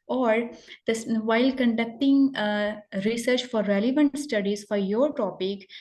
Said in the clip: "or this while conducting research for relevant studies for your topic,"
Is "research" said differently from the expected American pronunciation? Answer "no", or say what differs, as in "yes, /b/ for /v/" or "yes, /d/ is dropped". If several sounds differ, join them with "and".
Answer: no